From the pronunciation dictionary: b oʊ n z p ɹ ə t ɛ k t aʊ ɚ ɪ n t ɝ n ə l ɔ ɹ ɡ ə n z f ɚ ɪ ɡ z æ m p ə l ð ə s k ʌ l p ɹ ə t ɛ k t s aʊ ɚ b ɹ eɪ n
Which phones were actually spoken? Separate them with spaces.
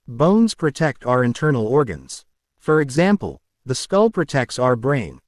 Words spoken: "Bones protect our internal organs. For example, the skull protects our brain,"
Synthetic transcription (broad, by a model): b oʊ n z p ɹ ə t ɛ k t aʊ ɚ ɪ n t ɝ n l ɔ ɹ ɡ ə n z f ɚ ɪ ɡ z æ m p ə l ð ə s k ʌ l p ɹ ə t ɛ k t s aʊ ɚ b ɹ eɪ n